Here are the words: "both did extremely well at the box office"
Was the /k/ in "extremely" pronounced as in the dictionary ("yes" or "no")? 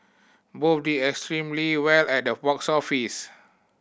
yes